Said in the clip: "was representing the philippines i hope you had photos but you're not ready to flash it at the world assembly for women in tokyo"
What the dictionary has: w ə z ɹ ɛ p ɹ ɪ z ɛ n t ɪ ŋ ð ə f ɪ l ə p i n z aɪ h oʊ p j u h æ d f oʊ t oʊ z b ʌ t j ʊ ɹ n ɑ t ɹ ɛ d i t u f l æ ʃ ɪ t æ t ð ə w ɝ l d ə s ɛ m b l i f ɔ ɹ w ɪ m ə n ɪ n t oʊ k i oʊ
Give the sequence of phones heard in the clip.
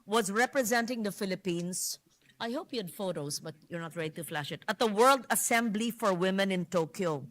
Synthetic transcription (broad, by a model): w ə z ɹ ɛ p ɹ ɪ z ɛ n t ɪ ŋ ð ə f ɪ l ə p i n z aɪ h oʊ p j u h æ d f oʊ t oʊ z b ʌ t j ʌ ɹ n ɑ t ɹ ɛ d i t u f l æ ʃ ɪ t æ t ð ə w ɝ l d ə s ɛ m b l i f ɔ ɹ w ɪ m ə n ɪ n t oʊ k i oʊ